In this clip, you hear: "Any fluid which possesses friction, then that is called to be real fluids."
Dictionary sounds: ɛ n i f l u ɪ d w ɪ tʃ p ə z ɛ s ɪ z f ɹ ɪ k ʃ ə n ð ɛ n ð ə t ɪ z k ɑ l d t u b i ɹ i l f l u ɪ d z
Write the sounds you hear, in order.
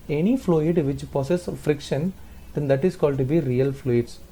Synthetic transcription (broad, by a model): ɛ n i f l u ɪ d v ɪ tʃ p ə s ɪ s f ɹ ɪ k ʃ ə n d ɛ n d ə t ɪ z k ɑ l d t u b i ɹ i l f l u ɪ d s